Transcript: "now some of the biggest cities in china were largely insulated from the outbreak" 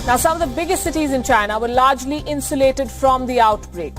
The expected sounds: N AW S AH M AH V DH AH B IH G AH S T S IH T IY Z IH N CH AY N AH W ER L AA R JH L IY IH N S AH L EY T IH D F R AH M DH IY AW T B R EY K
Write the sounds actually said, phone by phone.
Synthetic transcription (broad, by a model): N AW S AH M AH V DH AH B IH G AH S T S IH T IY Z IH N CH AY N AH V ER L AA R JH L IY IH N S AH L EY T IH D F R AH M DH IY AW T B R EY K